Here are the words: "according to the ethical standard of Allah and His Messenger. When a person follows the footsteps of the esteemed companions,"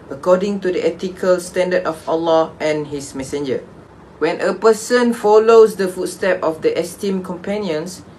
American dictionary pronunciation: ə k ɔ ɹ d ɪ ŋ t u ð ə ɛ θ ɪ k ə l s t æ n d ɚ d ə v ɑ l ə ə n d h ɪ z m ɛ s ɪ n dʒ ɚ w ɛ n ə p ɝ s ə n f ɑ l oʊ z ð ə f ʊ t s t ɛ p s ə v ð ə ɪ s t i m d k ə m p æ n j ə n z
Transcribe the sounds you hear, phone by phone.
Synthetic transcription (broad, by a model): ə k ɔ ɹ d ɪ ŋ t u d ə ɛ t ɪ k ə l s t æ n d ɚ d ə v ɑ l ə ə n h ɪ s m ɛ s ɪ n dʒ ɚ w ɛ n ə p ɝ s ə n f ɑ l oʊ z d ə f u t s t ɛ p ə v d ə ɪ s t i m k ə m p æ n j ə n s